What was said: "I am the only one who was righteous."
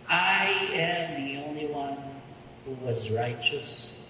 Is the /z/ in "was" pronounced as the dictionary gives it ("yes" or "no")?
yes